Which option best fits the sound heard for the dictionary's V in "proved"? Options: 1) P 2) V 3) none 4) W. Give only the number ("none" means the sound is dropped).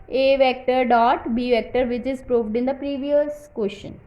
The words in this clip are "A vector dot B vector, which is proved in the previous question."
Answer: 2